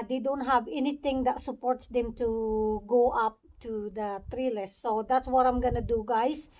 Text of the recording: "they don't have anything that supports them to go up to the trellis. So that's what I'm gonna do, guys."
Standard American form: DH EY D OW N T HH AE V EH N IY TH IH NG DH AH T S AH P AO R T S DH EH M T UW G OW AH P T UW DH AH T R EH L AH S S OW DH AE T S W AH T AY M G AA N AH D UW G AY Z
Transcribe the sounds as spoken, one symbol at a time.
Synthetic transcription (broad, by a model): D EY D OW N T HH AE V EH N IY T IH NG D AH T S AH P AO R T S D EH M T UW G OW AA P T UW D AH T R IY L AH S S OW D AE T S W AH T AY M G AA N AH D UW G AY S